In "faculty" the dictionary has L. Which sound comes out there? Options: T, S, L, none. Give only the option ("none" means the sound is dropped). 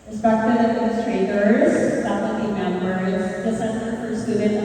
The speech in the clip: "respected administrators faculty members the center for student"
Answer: none